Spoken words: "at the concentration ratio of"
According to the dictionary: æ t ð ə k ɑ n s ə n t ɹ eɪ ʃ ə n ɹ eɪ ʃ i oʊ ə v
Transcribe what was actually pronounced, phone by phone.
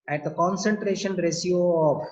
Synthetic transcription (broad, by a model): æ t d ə k ɑ n s ə n t ɹ eɪ ʃ ə n ɹ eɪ s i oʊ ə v